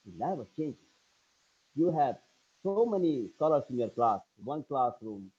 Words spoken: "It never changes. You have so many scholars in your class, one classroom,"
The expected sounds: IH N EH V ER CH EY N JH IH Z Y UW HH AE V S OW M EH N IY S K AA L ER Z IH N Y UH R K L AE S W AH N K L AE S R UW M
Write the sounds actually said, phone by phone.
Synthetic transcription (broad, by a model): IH L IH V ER CH EY N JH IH Y UW HH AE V S OW M EH N IY S K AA L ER S IH N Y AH R K L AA S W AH N K L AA S R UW M